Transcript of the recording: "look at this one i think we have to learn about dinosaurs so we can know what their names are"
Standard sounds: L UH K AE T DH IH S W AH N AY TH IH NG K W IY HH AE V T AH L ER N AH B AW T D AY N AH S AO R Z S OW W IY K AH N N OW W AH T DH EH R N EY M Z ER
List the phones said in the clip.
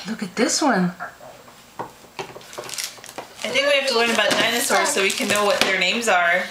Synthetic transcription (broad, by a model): L UH K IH T DH IH S W AH N AY TH IH NG K W IY HH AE F T AH L ER N AH B AW T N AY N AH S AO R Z S OW W IY K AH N N OW W AH T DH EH R N EY M Z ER